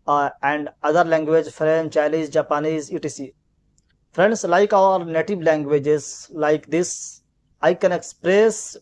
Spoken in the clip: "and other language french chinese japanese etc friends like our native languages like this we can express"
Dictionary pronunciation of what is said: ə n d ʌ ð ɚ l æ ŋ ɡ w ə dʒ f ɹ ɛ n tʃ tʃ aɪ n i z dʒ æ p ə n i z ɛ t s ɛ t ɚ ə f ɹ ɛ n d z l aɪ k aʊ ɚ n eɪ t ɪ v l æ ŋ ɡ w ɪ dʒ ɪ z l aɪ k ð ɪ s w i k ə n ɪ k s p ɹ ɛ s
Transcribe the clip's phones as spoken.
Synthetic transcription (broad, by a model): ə n d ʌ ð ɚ l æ ŋ ɡ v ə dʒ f ɹ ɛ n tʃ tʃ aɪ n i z dʒ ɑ p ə n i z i t i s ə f ɹ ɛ n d s l aɪ k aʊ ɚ n eɪ t ɪ v l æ ŋ ɡ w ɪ dʒ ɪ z l aɪ k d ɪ s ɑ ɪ k ə n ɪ k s p ɹ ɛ s